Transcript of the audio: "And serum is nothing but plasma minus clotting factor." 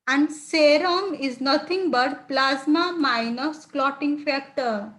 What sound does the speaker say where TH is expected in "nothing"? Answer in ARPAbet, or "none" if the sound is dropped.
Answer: T